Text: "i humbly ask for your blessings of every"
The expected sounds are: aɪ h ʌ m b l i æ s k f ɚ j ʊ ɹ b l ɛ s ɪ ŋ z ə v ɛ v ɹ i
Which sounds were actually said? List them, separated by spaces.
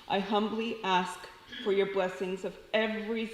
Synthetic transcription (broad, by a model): aɪ h ʌ m b l i æ s k f ɚ j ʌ ɹ b l ɛ s ɪ ŋ z ə v ɛ v ɹ i